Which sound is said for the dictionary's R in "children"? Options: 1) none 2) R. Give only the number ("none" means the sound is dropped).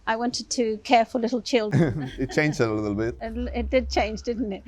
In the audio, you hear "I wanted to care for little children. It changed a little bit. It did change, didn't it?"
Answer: 1